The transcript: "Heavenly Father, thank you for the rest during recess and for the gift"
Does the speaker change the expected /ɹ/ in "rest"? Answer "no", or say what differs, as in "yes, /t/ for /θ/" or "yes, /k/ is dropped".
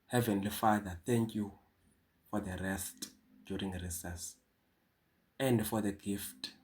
no